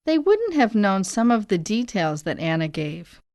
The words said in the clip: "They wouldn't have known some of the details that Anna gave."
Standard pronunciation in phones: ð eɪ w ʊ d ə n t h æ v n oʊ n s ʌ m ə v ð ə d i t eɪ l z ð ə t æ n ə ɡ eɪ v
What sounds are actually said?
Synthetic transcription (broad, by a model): ð eɪ w ʊ d n t h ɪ v n oʊ n s ʌ m ə v ð ə d i t eɪ l z ð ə t æ n ə ɡ eɪ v